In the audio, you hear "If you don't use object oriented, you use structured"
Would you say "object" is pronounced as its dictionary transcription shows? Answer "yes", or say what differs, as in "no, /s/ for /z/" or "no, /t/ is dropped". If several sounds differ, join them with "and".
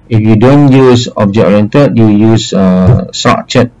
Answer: no, /t/ is dropped